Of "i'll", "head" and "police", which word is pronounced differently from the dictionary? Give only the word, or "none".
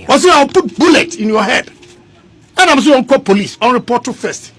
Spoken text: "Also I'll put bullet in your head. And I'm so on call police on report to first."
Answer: i'll